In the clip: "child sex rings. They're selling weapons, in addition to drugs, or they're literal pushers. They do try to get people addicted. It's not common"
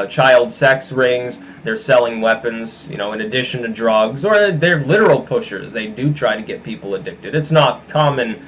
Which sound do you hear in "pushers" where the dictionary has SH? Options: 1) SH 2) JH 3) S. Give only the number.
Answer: 1